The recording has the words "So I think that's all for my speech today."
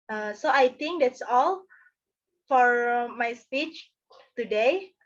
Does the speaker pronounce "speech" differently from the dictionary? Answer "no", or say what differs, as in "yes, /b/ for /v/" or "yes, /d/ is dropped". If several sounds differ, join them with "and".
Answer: no